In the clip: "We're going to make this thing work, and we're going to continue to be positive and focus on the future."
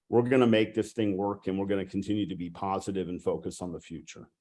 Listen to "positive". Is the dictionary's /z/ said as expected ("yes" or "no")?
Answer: yes